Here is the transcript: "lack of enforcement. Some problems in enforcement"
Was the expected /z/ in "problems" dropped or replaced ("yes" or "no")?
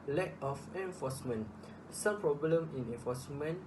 yes